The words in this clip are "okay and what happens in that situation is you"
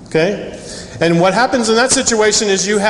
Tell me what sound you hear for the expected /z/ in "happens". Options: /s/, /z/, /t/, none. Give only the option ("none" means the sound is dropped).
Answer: /z/